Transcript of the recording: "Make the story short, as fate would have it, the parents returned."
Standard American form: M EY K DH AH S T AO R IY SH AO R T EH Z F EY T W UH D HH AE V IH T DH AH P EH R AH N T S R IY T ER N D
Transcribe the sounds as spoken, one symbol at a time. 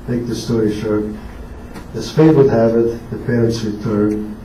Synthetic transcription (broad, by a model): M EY K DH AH S T AO R IY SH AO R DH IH S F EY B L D HH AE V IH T DH AH P EH R AH N T S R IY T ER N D